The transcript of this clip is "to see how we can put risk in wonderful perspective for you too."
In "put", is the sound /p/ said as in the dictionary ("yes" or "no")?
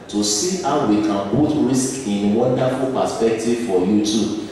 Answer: no